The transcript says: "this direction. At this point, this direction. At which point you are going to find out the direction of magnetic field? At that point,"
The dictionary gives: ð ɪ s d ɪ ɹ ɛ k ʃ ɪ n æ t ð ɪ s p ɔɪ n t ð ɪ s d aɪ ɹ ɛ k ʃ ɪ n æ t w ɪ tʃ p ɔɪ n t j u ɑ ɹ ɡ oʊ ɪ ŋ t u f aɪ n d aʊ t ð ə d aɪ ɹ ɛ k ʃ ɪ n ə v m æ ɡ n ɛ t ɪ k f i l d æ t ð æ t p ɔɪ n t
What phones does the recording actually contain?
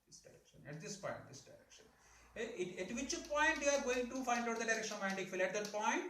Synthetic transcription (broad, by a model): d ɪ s d ɪ ɹ ɛ k ʃ ɪ n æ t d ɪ s p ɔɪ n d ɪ s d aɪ ɹ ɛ k ʃ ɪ n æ t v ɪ tʃ p ɔɪ n t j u ɑ ɹ ɡ oʊ ɪ ŋ t u f aɪ n d aʊ t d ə d aɪ ɹ ɛ k ʃ ɪ n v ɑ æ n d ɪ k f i l æ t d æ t p ɔɪ n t